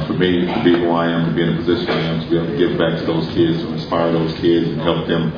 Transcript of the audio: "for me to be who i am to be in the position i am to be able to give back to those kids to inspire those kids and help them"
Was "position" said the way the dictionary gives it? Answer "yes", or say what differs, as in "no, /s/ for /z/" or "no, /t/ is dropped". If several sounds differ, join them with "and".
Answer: yes